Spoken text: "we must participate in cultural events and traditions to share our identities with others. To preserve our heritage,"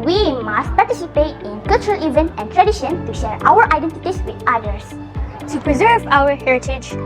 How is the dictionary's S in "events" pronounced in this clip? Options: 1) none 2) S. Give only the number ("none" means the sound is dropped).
1